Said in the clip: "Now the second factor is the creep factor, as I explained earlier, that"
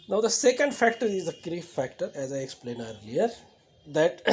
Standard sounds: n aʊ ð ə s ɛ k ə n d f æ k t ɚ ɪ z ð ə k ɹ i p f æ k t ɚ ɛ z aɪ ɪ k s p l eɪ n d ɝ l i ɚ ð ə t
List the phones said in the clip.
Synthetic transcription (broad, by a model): n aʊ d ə s ɛ k ə n d f æ k t ɚ ɪ z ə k ɹ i f æ k t ɚ ɛ z aɪ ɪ k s p l eɪ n ɝ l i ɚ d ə t